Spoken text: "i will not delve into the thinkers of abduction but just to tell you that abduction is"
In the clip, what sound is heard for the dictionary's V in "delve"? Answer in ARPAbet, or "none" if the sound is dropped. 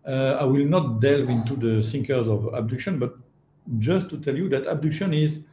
V